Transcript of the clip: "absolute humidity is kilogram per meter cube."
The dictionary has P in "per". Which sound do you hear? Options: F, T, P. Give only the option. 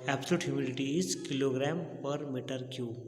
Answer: P